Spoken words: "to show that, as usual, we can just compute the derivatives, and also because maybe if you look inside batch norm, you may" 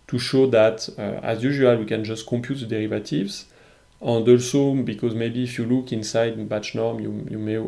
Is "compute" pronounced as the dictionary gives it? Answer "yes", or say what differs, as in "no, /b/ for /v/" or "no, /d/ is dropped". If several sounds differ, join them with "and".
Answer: yes